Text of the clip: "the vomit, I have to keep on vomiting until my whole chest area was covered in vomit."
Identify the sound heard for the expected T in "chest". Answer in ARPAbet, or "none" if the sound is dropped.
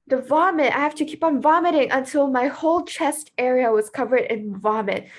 T